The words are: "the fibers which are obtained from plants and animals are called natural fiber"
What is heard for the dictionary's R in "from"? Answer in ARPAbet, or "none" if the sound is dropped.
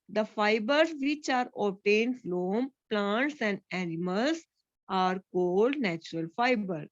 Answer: L